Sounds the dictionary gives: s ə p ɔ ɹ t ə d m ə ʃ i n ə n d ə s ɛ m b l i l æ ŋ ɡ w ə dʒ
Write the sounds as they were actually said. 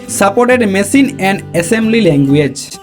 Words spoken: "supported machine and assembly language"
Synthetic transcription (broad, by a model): s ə p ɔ ɹ t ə d m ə s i n ə n d ə s ɛ m b l i l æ ŋ ɡ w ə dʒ